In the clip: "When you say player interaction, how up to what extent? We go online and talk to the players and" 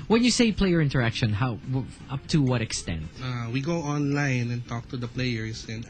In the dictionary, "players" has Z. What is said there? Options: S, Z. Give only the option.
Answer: S